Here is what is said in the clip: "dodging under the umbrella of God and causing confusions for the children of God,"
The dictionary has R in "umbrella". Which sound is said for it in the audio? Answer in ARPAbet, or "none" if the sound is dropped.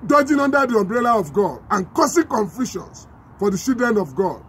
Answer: R